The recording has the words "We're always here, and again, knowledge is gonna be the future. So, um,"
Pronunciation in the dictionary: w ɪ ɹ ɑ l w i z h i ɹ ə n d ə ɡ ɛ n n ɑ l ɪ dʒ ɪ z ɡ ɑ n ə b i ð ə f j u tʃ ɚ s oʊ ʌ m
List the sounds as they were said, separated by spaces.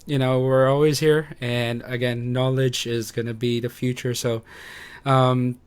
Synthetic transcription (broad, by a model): w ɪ ɹ ɑ l w i z h i ɹ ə n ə ɡ ɛ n n ɑ l ɪ dʒ ɪ z ɡ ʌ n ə b i ð ə f j u tʃ ɚ s oʊ ʌ m